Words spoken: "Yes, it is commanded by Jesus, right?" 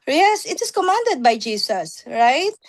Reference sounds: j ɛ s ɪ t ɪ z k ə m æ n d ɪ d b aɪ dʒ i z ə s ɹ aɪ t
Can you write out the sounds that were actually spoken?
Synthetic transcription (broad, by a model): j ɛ s ɪ t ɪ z k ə m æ n d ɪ d b aɪ dʒ i s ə s ɹ aɪ t